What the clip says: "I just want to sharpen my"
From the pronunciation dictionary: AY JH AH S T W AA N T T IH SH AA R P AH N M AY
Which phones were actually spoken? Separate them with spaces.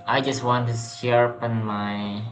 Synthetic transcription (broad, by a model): AY JH AH S T W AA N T T IH S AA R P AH N M AY